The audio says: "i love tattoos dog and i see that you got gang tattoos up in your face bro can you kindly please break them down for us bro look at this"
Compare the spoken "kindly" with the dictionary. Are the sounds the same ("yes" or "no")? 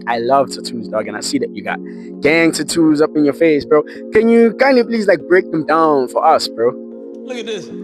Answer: no